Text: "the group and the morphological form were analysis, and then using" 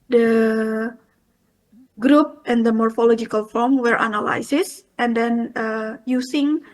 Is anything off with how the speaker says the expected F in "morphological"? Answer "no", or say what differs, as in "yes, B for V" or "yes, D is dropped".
no